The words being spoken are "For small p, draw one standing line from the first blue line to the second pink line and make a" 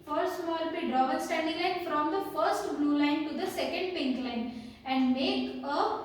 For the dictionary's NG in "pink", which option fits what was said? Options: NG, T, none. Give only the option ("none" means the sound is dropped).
NG